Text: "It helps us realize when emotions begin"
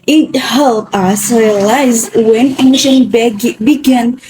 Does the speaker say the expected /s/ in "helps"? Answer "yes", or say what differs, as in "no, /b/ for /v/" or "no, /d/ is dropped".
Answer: no, /s/ is dropped